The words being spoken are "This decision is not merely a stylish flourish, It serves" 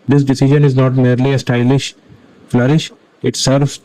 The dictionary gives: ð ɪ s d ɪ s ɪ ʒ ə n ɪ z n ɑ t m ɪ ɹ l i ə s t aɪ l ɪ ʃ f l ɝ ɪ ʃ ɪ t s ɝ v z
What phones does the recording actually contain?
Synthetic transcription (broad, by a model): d ɪ s d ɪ s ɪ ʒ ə n ɪ z n ɑ t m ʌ ɹ l i ə s t aɪ l ɪ ʃ f l ɝ ɪ ʃ ɪ t s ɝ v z